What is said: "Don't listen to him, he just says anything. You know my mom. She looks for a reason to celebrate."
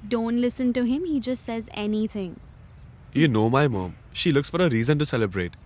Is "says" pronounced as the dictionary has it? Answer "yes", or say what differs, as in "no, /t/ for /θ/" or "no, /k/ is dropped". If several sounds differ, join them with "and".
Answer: yes